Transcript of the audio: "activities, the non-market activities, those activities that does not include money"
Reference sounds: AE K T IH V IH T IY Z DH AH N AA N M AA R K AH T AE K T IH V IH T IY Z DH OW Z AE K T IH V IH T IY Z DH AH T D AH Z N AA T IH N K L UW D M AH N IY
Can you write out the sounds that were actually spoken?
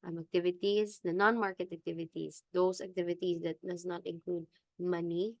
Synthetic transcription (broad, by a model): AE K T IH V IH T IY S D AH N AA N M AA R K AH T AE K T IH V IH T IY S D OW S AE K T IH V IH T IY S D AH T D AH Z N AA T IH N K L UW D M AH N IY